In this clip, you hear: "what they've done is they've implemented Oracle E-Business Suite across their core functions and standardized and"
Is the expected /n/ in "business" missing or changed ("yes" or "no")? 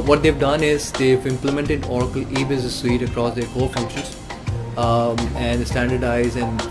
yes